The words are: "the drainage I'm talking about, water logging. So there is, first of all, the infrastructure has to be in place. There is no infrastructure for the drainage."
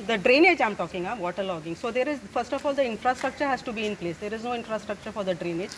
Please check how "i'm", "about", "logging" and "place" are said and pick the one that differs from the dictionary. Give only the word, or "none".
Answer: about